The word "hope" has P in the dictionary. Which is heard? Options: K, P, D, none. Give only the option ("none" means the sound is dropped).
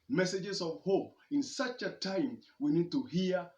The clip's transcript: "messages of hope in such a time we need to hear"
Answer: P